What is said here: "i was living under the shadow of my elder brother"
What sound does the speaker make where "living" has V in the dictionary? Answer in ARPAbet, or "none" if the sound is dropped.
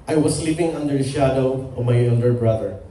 P